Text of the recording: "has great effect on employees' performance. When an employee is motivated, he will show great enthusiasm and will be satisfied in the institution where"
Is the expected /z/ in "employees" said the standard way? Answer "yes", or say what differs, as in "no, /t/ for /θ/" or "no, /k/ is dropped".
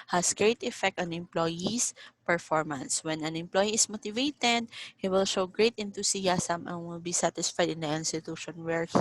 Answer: no, /s/ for /z/